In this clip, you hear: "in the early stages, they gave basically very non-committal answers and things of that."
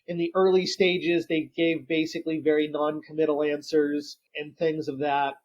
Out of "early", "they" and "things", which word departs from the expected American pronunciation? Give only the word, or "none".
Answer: none